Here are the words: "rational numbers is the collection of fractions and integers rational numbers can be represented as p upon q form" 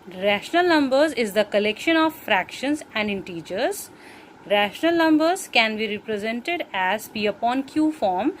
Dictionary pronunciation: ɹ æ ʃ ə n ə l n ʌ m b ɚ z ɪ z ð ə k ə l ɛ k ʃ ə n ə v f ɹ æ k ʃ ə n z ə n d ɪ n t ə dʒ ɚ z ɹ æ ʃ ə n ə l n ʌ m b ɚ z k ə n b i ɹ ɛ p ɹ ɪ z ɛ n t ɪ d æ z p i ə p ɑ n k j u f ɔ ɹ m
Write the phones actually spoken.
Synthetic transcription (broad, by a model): ɹ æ ʃ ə n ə l n ʌ m b ɚ z ɪ z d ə k ə l ɛ k ʃ ə n ə v f ɹ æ k ʃ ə n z ə n d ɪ n t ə dʒ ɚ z ɹ æ ʃ ə n ə l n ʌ m b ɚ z k ə n b i ɹ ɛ p ɹ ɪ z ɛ n t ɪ d æ z b i ə p ɑ n k j u f ɔ ɹ m